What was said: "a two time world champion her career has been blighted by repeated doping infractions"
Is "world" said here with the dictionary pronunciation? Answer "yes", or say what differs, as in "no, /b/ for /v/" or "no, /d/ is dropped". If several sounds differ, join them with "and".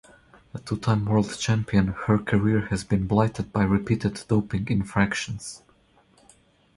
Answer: yes